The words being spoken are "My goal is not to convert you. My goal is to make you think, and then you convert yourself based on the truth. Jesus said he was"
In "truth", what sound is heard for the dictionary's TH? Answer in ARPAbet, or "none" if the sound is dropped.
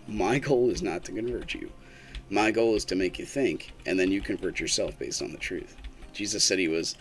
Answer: TH